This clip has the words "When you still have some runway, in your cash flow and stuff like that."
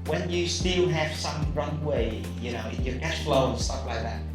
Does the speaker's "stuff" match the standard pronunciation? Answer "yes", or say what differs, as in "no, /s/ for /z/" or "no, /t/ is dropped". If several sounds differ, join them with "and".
no, /p/ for /f/